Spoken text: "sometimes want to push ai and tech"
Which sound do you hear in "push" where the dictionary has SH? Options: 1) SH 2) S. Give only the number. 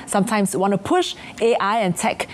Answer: 1